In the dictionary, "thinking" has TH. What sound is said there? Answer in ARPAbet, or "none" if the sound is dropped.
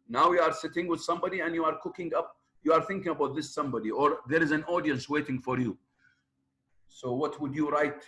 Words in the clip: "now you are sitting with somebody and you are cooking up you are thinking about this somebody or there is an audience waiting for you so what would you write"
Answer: TH